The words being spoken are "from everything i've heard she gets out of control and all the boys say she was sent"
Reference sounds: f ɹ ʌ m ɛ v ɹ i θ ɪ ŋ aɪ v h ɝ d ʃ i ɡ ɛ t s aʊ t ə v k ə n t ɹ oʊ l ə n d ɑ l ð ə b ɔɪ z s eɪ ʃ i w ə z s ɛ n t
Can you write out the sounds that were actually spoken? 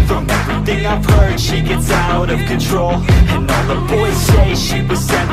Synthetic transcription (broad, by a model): f ɹ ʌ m ɛ v ɹ i θ ɪ ŋ aɪ v h ɝ d ʃ i ɡ ɛ t s aʊ t ə v k ə n t ɹ oʊ l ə n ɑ n ð ə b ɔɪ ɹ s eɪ ʃ i w ə z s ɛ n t